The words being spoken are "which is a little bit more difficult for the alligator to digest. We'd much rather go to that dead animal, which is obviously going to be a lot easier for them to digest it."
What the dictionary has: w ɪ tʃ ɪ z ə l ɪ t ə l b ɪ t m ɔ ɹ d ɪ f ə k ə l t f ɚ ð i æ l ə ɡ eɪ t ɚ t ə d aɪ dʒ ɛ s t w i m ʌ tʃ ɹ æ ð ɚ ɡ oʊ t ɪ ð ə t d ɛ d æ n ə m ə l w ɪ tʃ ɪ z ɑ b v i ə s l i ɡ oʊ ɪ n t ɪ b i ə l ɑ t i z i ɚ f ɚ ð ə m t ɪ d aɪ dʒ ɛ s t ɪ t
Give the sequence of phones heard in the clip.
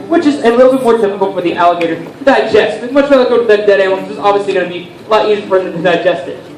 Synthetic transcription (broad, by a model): w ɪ tʃ ɪ z ə l ɪ t l b ɪ t m ɔ ɹ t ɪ p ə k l f ɚ ð i æ l ə ɡ eɪ t ɚ d aɪ dʒ ɛ s t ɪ m ʌ tʃ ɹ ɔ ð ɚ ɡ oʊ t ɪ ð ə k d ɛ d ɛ ə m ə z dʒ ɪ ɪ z ɑ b v i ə s l i ɡ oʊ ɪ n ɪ b i ə l ɑ t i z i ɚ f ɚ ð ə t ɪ d aɪ dʒ ɛ s t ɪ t